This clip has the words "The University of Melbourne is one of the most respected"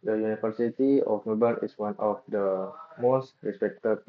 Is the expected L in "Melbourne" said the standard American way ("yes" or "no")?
no